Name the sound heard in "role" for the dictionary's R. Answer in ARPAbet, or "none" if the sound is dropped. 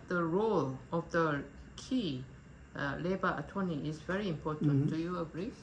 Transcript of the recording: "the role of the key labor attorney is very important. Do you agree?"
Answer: R